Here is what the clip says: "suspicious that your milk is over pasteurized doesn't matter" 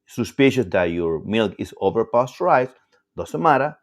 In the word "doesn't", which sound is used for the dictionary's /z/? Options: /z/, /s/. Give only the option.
/s/